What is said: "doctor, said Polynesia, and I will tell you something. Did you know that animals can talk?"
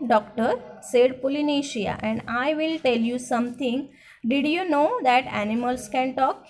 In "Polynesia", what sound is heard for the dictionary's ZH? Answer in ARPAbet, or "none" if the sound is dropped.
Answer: SH